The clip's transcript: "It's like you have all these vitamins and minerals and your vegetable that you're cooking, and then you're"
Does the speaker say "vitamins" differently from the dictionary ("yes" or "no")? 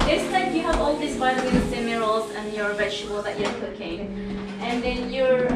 yes